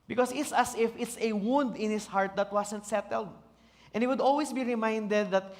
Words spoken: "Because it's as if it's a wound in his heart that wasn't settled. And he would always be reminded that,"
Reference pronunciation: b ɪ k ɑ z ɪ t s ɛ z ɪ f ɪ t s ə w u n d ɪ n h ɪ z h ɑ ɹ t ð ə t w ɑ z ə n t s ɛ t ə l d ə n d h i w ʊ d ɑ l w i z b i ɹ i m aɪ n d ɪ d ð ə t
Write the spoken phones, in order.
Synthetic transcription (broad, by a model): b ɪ k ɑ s ɪ t s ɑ s ɪ f ɪ t s ə w u n d ɪ n h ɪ s h ɑ ɹ t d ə t w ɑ s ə n t s ɛ t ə l d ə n h i w ʊ d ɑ l w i s b i ɹ i m aɪ n d ɪ d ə t